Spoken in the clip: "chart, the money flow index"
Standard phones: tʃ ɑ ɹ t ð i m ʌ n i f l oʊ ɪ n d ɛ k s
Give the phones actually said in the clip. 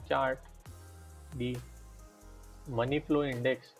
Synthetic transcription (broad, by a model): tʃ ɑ ɹ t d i m ʌ n i p l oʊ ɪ n d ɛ k s